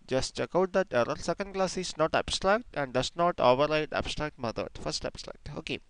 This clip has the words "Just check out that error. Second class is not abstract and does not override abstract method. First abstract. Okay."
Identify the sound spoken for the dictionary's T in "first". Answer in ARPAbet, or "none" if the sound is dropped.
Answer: T